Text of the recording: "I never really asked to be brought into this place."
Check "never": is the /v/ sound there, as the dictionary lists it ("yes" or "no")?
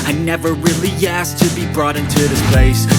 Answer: yes